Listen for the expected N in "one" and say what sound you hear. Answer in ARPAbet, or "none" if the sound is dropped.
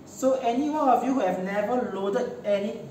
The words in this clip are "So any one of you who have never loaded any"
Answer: none